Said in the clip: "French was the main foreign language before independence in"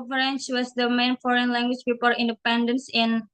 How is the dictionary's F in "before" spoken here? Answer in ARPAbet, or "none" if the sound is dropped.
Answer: P